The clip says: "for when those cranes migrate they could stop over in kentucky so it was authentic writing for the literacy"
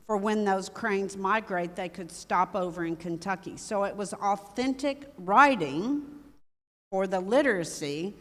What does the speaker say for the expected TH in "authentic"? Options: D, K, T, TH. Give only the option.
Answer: TH